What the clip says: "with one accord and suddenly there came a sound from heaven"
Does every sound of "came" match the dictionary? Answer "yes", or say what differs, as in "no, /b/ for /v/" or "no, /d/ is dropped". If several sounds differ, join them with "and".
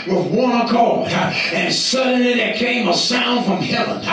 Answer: yes